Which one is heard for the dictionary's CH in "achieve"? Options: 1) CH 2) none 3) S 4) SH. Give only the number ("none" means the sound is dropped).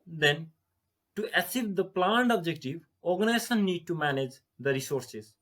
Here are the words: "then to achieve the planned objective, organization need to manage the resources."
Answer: 3